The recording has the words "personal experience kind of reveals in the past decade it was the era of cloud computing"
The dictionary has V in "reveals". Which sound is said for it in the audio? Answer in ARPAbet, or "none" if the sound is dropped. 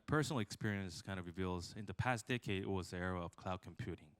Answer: V